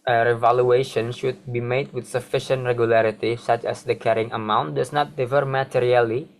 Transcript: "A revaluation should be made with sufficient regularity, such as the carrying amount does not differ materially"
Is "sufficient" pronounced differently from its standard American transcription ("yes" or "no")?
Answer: no